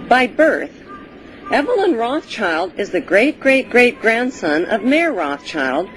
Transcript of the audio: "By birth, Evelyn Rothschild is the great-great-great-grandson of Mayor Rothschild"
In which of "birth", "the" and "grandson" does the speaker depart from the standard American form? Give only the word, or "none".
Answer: none